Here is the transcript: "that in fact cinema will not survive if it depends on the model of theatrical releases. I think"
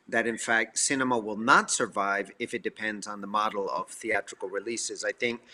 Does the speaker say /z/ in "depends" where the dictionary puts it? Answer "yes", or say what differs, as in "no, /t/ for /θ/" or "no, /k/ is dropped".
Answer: yes